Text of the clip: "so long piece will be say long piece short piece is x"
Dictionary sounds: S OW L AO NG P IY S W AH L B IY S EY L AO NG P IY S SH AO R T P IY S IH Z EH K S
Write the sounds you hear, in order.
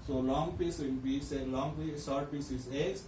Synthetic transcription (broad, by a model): S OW L AO NG P IY S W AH N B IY S EY L AO NG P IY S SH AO R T P IY S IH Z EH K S